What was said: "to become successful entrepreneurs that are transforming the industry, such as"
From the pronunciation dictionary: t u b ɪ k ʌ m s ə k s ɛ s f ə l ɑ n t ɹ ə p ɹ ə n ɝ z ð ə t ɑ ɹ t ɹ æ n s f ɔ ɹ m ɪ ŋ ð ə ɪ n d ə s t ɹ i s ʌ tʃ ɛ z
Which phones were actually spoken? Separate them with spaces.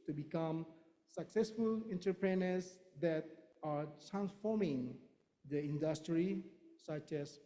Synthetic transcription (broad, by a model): t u b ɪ k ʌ m s ə k s ɛ s f ə l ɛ n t ə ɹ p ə n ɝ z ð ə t ɑ ɹ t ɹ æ n s f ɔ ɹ m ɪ ŋ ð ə ɪ n d ə s t ɹ i s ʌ tʃ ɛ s